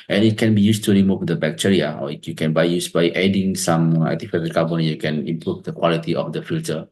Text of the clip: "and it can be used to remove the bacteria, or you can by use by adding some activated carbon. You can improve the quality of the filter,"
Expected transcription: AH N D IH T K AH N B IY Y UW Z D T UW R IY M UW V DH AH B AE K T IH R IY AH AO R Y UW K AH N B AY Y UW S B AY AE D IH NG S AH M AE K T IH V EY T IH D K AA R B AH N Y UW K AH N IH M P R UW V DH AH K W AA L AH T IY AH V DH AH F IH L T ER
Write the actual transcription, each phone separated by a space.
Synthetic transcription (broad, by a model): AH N IH T K AH N B IY Y UW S T UW R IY M UW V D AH B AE K T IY R IY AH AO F Y UW K AH N B AY Y UW S B AY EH D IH NG S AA M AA T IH F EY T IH K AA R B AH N Y UW K AH N IH M P R UW V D AH K W AA L AH T IY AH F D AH F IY L T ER